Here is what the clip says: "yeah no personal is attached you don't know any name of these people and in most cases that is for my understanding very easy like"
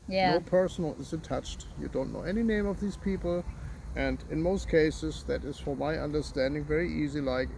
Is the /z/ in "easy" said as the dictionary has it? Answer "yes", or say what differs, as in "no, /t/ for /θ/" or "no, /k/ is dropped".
yes